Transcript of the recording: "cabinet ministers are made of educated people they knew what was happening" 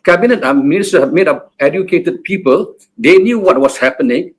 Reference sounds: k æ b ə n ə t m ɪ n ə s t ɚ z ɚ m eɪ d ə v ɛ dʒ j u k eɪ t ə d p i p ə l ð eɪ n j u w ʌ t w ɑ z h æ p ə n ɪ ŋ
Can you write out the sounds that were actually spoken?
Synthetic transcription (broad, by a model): k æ b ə n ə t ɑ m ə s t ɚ ɚ m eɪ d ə p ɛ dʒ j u k eɪ t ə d p i p ə l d eɪ n j u w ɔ t w ɑ s h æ p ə n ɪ ŋ